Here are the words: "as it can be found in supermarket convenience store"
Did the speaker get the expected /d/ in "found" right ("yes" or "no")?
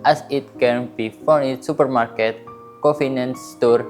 no